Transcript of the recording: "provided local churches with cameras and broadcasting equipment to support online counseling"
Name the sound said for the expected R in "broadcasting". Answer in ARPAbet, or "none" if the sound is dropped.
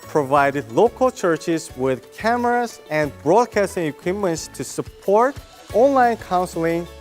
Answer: R